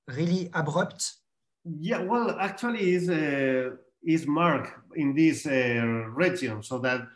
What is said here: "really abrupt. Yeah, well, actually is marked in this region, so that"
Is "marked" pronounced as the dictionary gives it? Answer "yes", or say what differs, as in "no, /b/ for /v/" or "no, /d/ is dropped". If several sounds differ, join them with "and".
no, /t/ is dropped